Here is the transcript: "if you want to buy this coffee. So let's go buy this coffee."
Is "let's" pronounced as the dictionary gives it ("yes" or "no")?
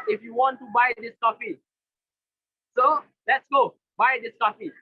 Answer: yes